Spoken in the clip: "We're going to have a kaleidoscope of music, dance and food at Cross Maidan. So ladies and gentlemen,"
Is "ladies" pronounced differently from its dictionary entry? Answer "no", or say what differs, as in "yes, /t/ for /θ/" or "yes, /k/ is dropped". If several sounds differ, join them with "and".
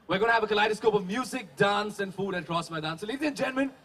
yes, /z/ is dropped